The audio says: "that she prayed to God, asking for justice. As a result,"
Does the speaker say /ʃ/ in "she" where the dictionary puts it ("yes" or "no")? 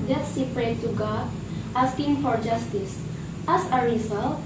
no